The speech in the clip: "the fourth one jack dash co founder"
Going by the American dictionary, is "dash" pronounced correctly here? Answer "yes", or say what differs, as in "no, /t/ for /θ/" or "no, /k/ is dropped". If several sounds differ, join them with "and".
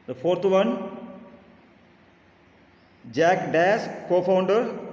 no, /s/ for /ʃ/